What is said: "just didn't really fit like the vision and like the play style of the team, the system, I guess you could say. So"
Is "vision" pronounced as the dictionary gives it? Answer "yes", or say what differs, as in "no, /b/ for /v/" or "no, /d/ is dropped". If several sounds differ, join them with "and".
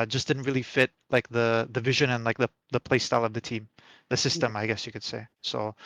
yes